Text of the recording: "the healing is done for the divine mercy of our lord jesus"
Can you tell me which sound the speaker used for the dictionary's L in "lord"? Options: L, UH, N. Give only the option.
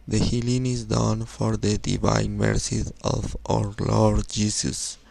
L